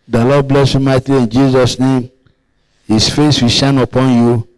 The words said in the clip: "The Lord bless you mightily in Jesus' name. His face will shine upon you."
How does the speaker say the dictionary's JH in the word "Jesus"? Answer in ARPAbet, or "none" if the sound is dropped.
JH